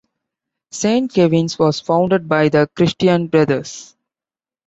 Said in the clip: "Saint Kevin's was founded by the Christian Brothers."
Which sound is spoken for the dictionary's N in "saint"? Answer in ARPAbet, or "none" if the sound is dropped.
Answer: N